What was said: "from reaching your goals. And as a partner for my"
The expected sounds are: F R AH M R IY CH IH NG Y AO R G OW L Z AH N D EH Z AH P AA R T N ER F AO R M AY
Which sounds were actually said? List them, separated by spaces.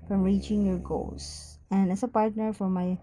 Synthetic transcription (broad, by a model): F R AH M R IY CH IH NG Y AO R G OW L S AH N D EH S AH P AA R T N ER F AO R M AY